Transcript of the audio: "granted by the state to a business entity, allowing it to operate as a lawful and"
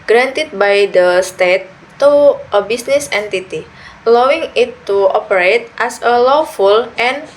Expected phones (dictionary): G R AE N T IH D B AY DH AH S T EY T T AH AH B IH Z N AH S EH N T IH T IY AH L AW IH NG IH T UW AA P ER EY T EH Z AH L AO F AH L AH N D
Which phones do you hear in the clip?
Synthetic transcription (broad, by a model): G R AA N T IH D B AY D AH S T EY T T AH AH B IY S N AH S EH N T IH T IY AH L AW IH NG IH T UW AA P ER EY T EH S AH L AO F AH L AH N